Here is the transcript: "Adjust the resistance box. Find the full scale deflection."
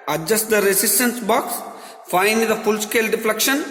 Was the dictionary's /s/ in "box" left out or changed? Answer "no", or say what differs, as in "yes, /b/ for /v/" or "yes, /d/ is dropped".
no